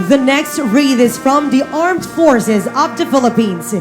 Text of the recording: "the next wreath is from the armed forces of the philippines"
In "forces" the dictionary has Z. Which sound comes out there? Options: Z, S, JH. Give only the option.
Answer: Z